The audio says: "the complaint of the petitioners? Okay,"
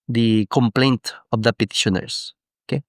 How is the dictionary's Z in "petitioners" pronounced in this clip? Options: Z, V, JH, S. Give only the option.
S